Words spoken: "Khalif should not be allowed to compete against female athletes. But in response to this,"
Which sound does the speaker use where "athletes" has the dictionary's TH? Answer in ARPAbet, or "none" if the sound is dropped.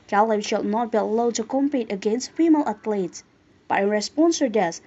T